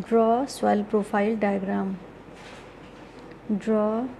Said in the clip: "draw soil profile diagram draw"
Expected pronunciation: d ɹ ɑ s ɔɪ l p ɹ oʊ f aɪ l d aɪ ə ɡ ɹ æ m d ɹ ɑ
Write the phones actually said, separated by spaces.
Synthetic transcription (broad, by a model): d ɹ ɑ s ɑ l p ɹ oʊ p aɪ l d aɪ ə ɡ ɹ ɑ m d ɹ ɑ